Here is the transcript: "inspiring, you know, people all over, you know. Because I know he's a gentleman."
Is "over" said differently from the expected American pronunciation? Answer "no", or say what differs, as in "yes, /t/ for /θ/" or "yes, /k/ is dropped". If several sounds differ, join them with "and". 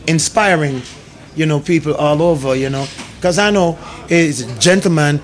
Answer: no